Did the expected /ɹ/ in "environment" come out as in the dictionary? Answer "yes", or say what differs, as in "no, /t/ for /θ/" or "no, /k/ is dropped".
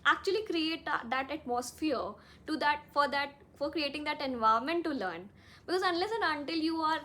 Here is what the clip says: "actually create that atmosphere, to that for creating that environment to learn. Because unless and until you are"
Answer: no, /ɹ/ is dropped